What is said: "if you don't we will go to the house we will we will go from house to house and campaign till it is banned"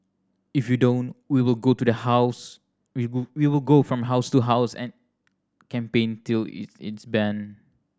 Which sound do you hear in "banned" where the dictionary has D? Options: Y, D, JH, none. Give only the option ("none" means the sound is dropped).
none